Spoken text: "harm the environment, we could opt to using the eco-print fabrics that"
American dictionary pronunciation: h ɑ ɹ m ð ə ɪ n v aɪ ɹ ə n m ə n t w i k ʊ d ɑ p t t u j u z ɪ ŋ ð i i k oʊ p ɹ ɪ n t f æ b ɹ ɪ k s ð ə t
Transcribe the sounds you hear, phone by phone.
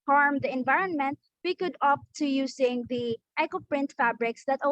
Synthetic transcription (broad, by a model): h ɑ ɹ m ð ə ɪ n v aɪ ɹ ə n m ə n t w i k ʊ d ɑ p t t u j u s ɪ ŋ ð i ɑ k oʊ p ɹ ɪ n t f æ b ɹ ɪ k s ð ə t